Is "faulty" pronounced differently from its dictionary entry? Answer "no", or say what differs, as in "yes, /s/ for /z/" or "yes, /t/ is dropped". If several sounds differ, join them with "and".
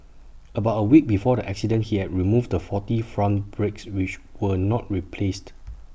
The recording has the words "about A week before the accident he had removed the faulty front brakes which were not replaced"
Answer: yes, /l/ is dropped